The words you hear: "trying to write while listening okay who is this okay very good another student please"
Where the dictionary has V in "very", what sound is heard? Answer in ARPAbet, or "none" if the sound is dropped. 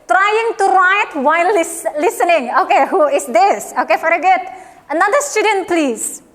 F